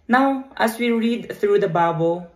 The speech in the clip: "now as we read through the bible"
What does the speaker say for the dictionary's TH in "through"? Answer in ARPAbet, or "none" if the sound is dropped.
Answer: T